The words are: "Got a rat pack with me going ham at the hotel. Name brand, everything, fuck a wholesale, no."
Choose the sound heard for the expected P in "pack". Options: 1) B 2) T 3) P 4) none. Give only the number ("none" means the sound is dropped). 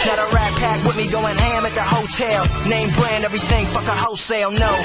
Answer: 3